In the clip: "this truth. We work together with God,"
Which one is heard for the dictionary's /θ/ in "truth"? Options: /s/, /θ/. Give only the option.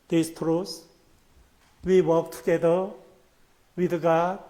/s/